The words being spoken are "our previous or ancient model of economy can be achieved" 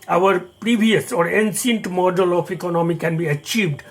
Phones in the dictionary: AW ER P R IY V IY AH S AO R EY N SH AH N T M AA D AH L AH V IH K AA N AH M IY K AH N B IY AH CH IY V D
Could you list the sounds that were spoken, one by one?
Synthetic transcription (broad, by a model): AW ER P R IY V IY AH S AO R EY N S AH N T M AA D AH L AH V IH K AA N AH M IY K AH N B IY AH CH IY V D